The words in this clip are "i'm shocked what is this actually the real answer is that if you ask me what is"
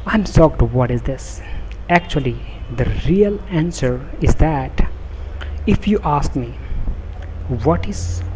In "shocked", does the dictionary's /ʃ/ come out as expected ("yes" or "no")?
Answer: no